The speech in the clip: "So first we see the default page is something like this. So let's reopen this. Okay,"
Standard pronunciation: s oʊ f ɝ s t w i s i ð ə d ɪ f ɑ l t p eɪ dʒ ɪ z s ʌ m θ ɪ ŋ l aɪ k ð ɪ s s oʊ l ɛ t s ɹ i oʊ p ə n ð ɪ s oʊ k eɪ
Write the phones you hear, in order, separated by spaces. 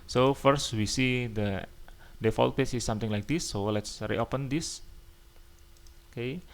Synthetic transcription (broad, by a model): s oʊ f ɝ s t w i s i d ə d ɪ f ɑ l t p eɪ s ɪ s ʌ m t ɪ ŋ l aɪ k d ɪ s s oʊ l ɛ t s ɹ i oʊ p ə n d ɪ s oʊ k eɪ